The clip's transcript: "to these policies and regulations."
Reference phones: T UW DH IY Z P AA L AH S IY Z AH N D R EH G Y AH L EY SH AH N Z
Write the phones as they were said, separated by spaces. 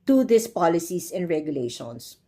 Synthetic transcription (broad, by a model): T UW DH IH S P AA L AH S IY S AH N D R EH G Y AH L EY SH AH N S